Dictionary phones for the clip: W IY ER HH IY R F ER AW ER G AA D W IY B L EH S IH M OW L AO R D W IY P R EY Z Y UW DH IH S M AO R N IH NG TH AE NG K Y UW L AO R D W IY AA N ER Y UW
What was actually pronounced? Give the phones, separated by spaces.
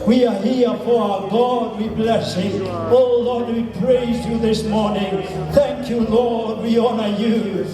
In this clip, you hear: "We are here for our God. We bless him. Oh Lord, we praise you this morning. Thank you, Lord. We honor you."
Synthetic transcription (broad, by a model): W IY ER HH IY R F ER AW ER G AA D W IY B L EH S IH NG OW L AO R D W IY P R EY Z Y UW DH IH S M AO R N IH NG TH AE NG K Y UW L AO R D W IY AA N ER Y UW